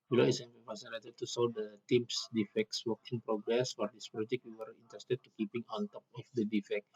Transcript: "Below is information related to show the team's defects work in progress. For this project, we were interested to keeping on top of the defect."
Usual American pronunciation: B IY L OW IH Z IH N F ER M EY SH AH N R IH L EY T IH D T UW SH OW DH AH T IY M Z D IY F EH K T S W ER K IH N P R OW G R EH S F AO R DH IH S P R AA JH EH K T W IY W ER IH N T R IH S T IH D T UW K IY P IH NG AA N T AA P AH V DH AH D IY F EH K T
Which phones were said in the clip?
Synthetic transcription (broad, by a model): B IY L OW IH S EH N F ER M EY S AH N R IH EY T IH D T UW S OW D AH T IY M S D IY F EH K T S W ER K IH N P R OW G R EH S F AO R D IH S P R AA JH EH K W IY W ER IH N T R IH S T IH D T UW K IY P IH NG AA N T AA P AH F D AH D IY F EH K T